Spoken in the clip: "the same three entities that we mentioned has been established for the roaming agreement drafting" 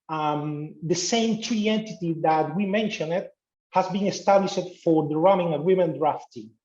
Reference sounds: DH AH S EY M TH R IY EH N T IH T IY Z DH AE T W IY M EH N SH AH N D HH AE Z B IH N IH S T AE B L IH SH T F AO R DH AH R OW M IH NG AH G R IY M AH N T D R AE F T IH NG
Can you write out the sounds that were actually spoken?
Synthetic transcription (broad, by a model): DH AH S EY M T R IY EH N T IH T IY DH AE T W IY M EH N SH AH N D HH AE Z B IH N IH S T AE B L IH SH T F AO R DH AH R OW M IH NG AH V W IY M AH N D R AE F T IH